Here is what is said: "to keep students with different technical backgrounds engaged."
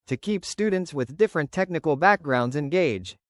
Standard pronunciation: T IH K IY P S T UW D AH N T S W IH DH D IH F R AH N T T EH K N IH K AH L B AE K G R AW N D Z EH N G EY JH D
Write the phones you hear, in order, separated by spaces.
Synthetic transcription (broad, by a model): T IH K IY P S T UW D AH N T S W IH DH D IH F R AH N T T EH K N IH K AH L B AE K G R AW N D Z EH N G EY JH